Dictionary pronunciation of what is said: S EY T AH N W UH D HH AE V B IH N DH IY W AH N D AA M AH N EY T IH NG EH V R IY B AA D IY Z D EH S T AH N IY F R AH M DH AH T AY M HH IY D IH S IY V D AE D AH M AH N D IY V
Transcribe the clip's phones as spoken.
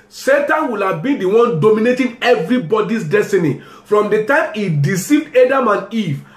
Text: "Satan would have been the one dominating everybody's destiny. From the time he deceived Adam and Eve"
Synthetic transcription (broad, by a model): S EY T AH N W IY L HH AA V B IH N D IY W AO N D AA M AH N EY T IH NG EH V R IY B AA D IY S D EH S T AH N IY F R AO M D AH T AY M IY D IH S IY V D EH D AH M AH N IY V